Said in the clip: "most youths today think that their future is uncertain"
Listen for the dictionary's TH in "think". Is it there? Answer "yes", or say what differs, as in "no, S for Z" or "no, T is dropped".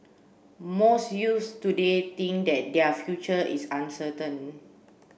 no, T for TH